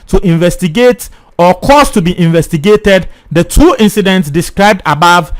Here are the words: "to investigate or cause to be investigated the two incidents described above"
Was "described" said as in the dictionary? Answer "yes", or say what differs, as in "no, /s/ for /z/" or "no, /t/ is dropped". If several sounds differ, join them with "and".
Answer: yes